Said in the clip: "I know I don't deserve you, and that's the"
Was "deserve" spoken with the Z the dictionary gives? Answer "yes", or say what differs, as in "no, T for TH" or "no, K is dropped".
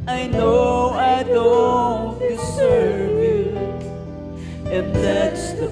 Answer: no, S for Z